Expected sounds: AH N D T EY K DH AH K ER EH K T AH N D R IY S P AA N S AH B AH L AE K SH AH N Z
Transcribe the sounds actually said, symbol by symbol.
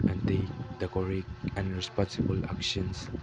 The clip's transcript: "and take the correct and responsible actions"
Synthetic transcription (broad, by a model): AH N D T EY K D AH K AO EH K AH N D R IY S P AA N S AH B AH L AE K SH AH N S